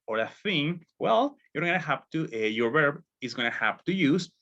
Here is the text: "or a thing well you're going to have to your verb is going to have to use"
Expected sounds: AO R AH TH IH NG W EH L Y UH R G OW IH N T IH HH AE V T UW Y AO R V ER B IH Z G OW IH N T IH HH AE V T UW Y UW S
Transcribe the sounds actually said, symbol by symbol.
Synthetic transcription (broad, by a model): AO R AH TH IH NG W EH L Y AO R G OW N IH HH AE P T UW Y AO R V ER B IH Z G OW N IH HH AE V T UW Y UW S